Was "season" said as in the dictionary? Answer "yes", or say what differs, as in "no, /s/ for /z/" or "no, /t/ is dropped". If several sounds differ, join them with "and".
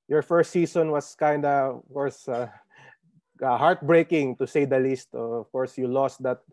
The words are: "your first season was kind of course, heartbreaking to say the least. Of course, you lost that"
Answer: no, /s/ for /z/